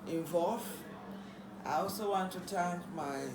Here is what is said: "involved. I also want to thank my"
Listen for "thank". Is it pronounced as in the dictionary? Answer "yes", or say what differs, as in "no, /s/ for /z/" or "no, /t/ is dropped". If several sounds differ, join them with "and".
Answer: no, /t/ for /θ/